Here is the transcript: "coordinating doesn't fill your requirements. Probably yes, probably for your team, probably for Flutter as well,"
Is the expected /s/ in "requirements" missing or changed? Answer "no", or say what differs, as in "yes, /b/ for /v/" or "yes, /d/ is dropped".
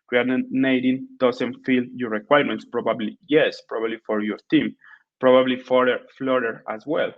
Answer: no